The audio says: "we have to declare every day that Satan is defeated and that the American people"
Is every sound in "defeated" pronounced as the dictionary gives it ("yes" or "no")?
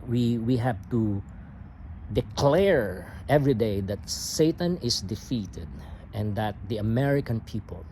yes